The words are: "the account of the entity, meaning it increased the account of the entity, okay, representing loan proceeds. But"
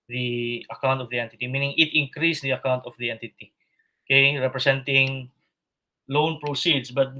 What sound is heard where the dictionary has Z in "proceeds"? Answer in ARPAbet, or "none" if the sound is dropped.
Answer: S